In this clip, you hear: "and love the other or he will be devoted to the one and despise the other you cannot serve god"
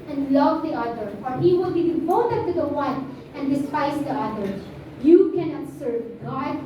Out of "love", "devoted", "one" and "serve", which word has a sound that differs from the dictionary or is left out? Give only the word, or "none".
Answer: devoted